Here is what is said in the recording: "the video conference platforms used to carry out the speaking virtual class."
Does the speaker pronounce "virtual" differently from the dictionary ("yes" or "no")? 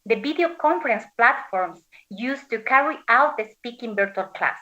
yes